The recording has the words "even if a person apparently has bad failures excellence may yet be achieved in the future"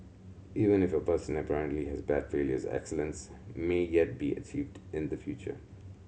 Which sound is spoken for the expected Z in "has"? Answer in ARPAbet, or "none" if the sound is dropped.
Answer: Z